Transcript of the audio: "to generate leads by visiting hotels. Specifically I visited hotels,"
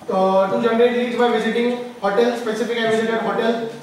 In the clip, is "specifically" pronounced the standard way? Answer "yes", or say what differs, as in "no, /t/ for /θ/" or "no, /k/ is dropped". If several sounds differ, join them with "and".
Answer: no, /l/ is dropped